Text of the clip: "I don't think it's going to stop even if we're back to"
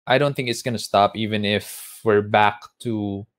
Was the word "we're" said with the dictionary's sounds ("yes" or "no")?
yes